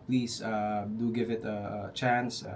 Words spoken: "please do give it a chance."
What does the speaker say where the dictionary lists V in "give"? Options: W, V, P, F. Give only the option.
V